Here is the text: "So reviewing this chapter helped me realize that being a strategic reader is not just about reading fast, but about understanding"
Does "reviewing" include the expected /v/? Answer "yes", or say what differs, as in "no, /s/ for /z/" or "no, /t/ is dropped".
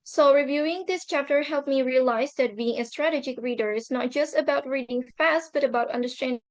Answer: yes